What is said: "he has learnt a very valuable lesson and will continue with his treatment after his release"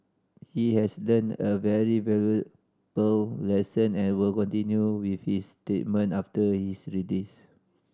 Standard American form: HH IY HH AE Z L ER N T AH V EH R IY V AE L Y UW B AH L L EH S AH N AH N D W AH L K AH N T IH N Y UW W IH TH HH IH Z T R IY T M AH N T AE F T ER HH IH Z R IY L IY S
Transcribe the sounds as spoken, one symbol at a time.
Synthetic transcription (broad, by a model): HH IY HH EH S L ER N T AH V EH R IY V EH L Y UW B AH L L EH S AH N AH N W AH L K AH N T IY N Y UW W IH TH HH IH S T EH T M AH N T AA F T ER HH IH S R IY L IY S